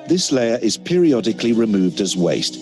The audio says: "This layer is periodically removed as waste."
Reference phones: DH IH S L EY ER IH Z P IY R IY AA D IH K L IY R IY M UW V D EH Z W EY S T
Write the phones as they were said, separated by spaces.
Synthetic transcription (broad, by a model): DH IH S L EY ER IH Z P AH R IY AA D IH K L IY R IY M UW V D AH Z W EY S T